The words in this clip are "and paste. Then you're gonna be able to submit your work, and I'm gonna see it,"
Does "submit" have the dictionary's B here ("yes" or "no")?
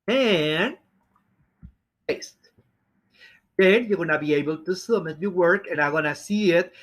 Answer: no